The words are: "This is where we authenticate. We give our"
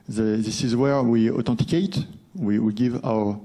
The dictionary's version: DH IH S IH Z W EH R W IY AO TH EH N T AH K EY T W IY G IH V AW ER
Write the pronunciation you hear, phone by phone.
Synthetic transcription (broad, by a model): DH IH S IH Z W EH R W IY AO T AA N T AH K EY T W IY G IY V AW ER